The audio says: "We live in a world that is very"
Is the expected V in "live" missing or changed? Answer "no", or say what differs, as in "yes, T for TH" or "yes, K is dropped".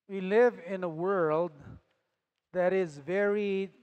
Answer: no